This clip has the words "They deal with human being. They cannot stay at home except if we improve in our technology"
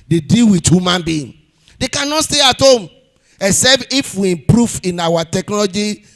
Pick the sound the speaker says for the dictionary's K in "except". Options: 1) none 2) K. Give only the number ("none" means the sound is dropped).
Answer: 1